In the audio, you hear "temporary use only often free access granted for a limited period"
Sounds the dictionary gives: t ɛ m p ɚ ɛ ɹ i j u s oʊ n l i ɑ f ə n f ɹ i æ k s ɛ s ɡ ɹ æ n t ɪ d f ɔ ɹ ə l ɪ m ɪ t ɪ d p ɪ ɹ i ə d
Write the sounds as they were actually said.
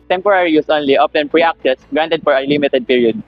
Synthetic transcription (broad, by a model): t ɛ m p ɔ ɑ ɹ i j u s oʊ n l i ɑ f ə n p ɹ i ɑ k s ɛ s ɡ ɹ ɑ n t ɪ d f ɔ ɹ ə l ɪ m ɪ t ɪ d p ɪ ɹ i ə d